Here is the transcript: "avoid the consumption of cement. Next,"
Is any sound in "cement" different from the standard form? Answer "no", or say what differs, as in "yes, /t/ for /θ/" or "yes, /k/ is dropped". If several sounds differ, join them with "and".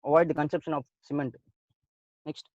no